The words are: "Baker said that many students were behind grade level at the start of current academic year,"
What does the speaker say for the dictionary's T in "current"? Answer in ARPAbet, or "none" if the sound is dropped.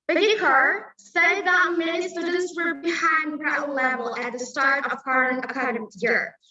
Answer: none